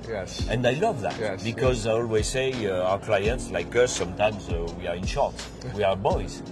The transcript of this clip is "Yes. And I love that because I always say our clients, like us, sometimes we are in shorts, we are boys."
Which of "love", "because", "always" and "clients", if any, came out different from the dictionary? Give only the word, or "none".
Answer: none